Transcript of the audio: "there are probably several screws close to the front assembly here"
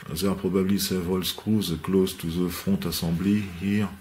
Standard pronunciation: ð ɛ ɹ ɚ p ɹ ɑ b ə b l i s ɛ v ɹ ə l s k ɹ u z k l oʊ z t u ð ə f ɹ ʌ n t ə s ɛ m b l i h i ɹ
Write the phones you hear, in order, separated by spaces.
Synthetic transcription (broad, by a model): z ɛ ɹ p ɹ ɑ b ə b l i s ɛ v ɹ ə l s k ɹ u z k l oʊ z t u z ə f ɔ t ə s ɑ b l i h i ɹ